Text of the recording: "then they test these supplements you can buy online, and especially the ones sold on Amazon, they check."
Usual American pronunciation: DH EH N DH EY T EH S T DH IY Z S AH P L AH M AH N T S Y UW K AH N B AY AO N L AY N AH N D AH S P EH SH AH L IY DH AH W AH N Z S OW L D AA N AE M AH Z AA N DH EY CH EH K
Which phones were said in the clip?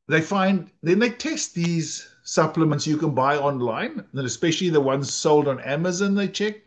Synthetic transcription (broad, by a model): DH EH N DH EY T EH S T DH IY Z S AH P L AH M AH N T S Y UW K AH N B AY AO N L AY N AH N AH S P EH SH AH L IY DH AH W AH N Z S OW L D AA N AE M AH Z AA N DH EY CH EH K